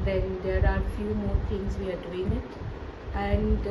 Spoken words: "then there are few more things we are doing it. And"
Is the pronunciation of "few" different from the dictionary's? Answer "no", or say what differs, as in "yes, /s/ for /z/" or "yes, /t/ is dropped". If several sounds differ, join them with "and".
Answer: no